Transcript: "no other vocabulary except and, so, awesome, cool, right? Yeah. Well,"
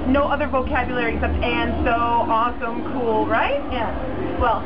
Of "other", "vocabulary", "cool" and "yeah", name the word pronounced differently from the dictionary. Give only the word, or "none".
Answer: none